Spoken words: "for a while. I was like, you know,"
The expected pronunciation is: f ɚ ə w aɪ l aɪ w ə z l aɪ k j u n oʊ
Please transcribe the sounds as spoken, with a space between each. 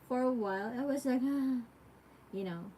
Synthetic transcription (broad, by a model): f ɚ ə w aɪ l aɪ w ə z l aɪ k j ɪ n oʊ